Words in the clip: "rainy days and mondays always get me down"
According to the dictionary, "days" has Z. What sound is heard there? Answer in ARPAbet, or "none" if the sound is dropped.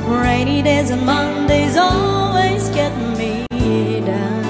Z